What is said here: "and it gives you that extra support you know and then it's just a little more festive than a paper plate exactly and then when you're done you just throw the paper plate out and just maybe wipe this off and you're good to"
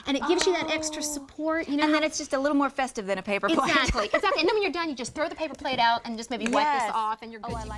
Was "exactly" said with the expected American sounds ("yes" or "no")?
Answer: no